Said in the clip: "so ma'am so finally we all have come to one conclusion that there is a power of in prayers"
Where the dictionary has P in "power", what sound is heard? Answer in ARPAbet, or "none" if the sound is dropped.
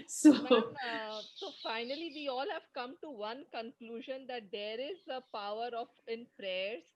P